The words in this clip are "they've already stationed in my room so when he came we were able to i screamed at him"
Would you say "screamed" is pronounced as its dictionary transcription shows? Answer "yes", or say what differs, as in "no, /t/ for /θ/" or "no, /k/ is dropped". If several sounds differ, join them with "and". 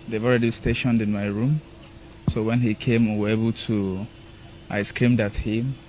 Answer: yes